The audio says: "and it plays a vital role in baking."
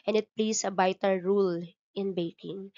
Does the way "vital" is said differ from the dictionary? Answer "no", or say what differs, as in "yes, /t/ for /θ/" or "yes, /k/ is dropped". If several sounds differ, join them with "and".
yes, /b/ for /v/